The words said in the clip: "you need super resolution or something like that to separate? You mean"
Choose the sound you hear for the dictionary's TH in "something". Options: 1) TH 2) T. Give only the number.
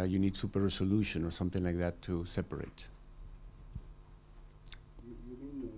1